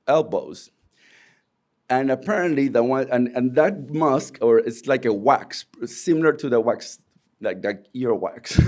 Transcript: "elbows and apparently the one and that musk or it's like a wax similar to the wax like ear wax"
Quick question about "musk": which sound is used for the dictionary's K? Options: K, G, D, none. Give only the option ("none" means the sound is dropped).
K